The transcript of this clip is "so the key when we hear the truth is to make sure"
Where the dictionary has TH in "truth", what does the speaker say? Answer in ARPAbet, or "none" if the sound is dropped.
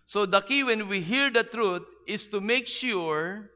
T